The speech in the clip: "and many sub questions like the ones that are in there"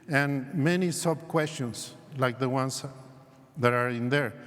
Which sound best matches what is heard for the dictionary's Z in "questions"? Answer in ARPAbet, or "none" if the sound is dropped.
S